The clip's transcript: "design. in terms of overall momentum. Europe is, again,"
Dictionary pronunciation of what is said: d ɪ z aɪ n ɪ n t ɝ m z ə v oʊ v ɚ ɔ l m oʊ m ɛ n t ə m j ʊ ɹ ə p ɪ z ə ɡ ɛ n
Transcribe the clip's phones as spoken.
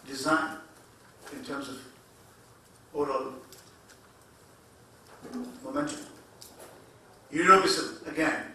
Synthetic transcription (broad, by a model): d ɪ z aɪ n ɪ n t ɝ m z ə v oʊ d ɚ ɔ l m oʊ m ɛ n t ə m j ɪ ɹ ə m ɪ s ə ɡ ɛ n